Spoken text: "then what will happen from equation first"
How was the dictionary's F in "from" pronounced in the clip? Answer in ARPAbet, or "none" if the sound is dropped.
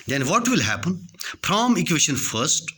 P